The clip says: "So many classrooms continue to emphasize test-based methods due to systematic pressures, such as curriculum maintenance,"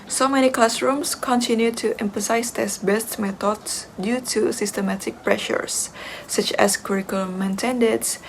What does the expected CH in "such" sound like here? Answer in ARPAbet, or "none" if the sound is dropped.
CH